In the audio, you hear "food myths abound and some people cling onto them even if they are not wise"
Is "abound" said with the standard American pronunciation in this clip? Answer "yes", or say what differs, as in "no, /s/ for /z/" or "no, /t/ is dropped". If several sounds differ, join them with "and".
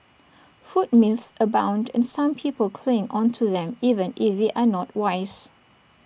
yes